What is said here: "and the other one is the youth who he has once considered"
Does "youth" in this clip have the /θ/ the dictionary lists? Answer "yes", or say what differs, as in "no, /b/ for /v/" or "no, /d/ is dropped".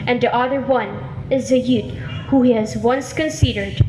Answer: no, /t/ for /θ/